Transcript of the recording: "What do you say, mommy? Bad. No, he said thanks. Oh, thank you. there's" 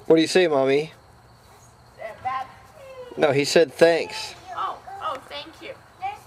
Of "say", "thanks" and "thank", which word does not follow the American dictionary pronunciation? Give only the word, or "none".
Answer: none